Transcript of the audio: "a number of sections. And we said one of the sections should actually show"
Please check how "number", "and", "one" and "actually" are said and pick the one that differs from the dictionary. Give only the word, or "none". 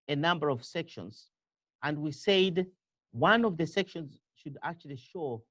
none